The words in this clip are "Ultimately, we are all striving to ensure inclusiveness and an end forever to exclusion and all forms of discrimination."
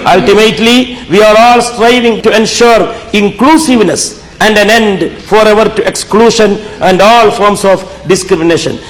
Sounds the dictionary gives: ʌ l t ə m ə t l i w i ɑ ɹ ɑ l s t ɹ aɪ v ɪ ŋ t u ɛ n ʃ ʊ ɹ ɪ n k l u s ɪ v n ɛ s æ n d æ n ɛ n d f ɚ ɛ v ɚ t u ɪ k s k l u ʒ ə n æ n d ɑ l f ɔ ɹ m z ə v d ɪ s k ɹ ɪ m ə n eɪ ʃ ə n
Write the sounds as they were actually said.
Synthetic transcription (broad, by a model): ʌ l t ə m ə t l i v i ɑ ɹ ɑ l s t ɹ aɪ v ɪ ŋ t u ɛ n ʃ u ɹ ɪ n k l u s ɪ v n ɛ s æ n d æ n ɛ n d f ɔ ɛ v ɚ t u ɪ k s k l u ʃ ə n æ n d ɑ l f ɔ ɹ m s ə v d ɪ s k ɹ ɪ m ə n eɪ ʃ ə n